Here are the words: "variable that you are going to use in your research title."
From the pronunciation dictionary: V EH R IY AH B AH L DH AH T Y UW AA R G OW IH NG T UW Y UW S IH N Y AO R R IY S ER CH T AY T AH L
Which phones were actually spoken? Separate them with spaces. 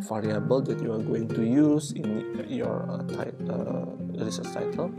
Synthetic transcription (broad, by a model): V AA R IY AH B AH L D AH T Y UW AA R G OW IH NG T UW Y UW S IH N Y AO R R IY S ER S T AY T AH L